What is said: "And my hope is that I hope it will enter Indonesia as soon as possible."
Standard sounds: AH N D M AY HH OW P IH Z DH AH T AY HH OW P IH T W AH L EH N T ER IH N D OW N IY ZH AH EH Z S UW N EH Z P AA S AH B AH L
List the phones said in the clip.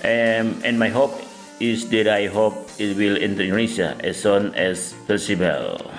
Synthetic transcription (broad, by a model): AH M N M AY HH OW P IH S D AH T AY HH OW P IH T W AH L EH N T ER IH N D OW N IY S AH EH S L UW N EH S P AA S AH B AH L